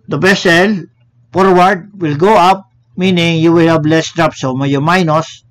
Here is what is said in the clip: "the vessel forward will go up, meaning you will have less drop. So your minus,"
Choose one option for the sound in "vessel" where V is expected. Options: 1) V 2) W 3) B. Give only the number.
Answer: 3